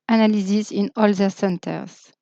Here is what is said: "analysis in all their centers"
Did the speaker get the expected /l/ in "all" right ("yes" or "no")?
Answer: yes